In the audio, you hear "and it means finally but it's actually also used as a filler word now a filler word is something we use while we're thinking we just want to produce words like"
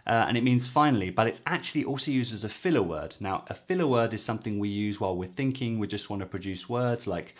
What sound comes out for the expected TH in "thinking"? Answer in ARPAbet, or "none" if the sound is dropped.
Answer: TH